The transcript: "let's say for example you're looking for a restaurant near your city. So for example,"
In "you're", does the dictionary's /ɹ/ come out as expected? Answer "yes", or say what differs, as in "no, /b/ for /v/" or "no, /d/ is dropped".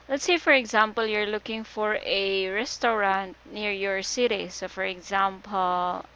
yes